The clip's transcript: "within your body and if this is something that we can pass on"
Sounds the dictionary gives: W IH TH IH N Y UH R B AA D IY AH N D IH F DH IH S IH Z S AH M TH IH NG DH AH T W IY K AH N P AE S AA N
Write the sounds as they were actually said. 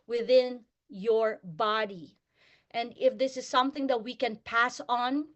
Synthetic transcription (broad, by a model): W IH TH IH N Y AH R B AA D IY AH N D IH F DH IH S IH Z S AH M TH IH NG DH AH T W IY K AH N P AE S N